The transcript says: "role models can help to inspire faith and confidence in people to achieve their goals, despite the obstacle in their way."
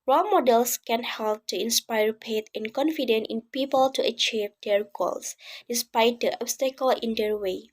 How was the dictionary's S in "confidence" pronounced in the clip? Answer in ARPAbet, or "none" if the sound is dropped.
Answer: none